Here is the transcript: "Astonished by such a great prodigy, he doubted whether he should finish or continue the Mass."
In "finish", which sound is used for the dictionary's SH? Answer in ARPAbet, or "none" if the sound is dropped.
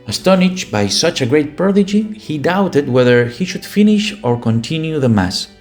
SH